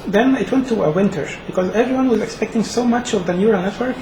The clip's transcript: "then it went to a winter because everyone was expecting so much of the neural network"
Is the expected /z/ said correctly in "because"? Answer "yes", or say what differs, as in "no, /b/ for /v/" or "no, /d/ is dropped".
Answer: yes